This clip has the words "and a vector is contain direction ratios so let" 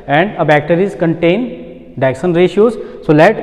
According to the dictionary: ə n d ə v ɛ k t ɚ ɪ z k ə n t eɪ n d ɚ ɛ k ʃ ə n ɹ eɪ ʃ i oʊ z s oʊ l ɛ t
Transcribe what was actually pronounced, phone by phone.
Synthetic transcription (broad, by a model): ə n d ə b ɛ k t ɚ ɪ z k ə n t eɪ n d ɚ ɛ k s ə n ɹ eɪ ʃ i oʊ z s oʊ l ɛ t